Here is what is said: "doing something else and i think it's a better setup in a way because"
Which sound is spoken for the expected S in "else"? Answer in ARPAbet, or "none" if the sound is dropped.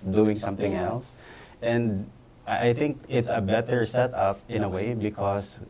S